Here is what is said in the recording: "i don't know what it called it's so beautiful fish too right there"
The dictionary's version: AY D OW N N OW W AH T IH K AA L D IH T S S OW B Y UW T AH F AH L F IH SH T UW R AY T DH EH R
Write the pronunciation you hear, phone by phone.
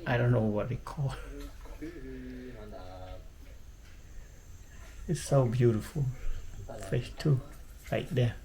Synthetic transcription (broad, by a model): AY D OW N N OW W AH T IH K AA L IH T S S OW B Y UW T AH F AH L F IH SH T UW R AY T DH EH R